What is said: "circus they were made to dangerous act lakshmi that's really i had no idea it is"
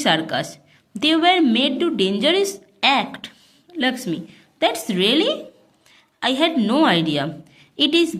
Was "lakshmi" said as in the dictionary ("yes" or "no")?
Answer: no